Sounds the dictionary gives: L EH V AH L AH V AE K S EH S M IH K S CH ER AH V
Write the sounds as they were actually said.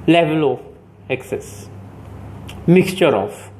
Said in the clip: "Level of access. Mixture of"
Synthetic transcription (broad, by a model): L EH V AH L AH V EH K S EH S M IH K S CH ER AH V